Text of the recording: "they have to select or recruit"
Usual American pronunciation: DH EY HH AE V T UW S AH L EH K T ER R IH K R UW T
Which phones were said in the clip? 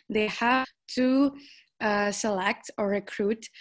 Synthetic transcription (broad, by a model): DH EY HH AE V T UW S AH L EH K T ER R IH K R UW T